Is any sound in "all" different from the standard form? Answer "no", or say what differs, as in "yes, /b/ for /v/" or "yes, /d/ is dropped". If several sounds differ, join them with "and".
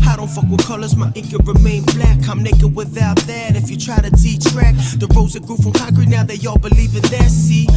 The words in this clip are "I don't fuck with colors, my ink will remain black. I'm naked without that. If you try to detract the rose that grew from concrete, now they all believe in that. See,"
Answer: no